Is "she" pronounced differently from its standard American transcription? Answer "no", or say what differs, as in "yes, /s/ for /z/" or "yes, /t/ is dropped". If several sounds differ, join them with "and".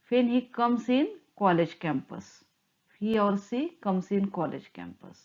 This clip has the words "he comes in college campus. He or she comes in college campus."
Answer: yes, /s/ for /ʃ/